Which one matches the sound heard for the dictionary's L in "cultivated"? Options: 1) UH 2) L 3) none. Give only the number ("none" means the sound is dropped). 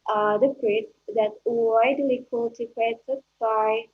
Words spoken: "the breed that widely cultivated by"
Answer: 3